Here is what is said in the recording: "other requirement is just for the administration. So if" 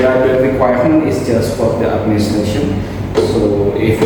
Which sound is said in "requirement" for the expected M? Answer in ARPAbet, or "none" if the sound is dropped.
none